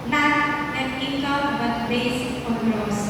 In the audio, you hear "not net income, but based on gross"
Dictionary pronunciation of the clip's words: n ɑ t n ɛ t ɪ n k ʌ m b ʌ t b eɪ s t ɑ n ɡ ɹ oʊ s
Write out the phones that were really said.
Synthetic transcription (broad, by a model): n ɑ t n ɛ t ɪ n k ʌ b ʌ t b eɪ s ɑ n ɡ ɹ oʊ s